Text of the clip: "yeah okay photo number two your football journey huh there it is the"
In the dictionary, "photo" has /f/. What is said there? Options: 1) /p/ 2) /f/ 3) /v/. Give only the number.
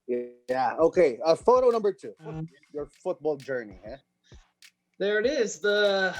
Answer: 2